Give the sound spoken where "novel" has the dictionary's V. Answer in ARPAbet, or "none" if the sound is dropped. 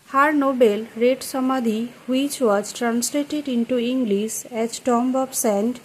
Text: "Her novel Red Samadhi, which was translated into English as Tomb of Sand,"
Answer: B